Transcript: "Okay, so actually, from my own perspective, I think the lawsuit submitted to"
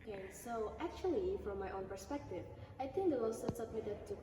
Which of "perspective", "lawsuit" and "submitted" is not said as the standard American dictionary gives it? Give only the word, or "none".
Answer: lawsuit